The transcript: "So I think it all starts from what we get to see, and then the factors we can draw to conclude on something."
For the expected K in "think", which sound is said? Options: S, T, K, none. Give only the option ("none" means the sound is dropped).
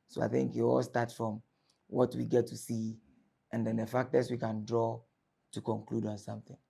K